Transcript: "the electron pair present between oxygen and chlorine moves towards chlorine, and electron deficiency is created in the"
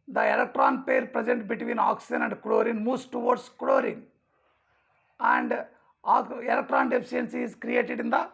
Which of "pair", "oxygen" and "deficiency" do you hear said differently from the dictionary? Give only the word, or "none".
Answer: deficiency